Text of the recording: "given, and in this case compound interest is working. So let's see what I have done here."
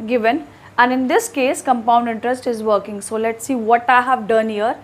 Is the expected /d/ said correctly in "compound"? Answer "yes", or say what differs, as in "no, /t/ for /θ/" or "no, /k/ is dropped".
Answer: yes